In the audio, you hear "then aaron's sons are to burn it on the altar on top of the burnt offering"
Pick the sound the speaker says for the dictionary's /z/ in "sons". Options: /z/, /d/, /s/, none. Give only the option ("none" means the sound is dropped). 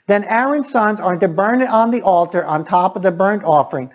/z/